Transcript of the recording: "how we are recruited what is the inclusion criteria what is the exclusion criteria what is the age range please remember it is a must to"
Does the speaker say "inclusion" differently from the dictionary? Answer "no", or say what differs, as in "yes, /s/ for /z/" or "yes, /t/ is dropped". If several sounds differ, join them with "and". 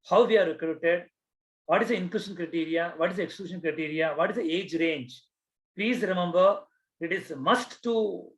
yes, /ʃ/ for /ʒ/